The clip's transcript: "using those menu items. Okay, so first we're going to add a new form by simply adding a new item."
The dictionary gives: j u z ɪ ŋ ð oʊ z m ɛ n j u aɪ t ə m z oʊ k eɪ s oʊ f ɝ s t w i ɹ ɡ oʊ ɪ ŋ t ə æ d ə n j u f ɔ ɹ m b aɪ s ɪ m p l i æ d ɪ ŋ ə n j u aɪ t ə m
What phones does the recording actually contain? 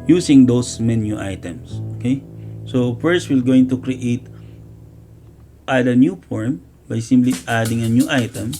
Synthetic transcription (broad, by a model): j u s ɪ ŋ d oʊ s m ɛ n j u aɪ t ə m s oʊ k eɪ s oʊ f ɝ s t w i l ɡ oʊ ɪ ŋ t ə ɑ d ə n j u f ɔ ɹ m b aɪ s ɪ m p l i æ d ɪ ŋ ə n j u aɪ t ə m